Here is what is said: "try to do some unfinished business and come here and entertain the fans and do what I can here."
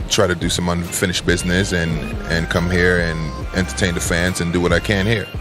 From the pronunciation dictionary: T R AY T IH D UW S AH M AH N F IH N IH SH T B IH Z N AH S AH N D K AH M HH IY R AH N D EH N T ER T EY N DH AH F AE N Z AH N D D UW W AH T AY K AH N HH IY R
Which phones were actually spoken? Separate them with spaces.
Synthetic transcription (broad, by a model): T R AY T IH D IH S AH M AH N F IH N IH SH B IH Z N AH S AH N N K AH M HH IY R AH N EH N T ER T EY N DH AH F AE N Z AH N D D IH W AH T AY K AH N HH IY R